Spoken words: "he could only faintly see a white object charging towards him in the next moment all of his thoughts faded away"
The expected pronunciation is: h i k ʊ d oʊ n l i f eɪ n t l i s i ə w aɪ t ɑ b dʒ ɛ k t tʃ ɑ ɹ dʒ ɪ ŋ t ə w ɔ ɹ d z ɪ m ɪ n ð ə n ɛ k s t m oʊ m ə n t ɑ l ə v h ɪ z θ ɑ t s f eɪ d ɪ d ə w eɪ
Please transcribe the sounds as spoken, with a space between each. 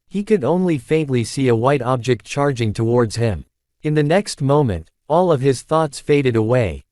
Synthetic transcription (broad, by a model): h i k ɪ d oʊ n l i f eɪ n t l i s i ə w aɪ t ɑ b dʒ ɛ k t tʃ ɑ ɹ dʒ ɪ ŋ t ə w ɔ ɹ d z ɪ m ɪ n ð ə n ɛ k s t m oʊ m ə n t ɑ l ə v ɪ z θ ɑ t s f eɪ d ɪ d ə w eɪ